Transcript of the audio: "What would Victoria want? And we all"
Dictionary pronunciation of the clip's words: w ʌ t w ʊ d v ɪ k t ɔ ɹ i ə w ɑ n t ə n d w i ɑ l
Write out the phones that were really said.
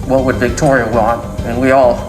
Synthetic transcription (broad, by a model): w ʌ t w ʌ d v ɪ k t ɔ ɹ i ə w ɑ n t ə n w i ɑ l